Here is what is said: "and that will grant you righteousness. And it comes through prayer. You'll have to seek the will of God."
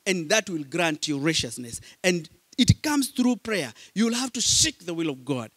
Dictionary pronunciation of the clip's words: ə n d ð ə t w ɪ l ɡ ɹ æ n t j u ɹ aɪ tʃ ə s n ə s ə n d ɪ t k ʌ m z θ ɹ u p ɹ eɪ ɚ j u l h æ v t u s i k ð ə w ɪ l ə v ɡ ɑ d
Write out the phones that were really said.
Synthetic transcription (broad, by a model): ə n ð ə t w ɪ l ɡ ɹ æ n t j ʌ ɹ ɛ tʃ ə s n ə s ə n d ɪ t k ʌ m z θ ɹ u p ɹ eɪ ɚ j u l h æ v t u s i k ð ə w ɪ l ə v ɡ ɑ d